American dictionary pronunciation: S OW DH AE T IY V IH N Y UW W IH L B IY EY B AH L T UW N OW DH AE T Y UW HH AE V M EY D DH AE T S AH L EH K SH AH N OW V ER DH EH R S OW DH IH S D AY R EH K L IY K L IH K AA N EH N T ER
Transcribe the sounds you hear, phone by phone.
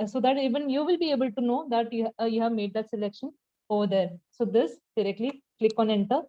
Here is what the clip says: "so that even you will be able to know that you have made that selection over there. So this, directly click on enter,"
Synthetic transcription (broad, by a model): S OW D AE T IY V IH N Y UW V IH L B IY EY B AH L T UW N OW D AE T Y UW HH AE V M EY D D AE T S AH L EH K SH AH N OW V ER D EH R S OW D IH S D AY R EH K L IY K L IH K AA N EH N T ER